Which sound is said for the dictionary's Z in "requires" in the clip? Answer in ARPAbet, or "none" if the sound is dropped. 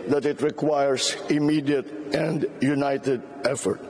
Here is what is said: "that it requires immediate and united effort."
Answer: S